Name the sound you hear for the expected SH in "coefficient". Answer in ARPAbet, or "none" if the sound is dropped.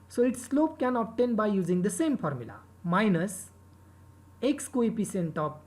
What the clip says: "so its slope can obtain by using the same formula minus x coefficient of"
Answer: S